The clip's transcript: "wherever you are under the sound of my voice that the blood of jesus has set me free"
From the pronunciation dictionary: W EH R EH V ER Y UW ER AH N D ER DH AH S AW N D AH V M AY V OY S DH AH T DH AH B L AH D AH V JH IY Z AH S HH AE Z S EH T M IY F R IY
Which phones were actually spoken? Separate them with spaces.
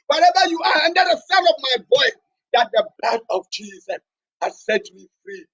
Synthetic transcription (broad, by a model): W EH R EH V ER Y UW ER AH N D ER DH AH S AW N AH V M AY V OY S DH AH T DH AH B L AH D AH V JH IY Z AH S HH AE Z S EH T M IY F R IY